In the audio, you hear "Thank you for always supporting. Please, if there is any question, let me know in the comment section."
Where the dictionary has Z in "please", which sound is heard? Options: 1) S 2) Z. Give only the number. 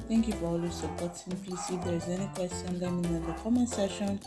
1